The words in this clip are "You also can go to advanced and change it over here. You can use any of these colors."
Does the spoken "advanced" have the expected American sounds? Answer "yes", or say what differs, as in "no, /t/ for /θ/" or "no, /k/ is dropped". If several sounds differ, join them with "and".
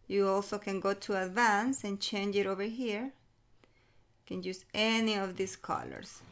no, /t/ is dropped